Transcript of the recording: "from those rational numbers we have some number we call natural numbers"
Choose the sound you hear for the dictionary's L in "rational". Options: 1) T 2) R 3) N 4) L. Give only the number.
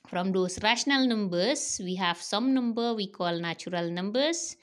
4